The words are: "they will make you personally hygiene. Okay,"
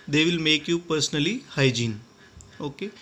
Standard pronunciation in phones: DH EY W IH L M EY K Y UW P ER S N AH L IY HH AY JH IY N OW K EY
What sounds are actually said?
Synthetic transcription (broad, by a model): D EY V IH L M EY K Y UW P ER S N AH L IY HH AY JH IY N OW K EY